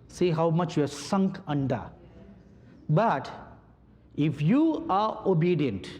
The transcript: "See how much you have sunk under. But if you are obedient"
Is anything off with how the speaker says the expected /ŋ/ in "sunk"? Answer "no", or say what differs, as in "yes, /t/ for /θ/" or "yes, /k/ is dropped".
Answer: no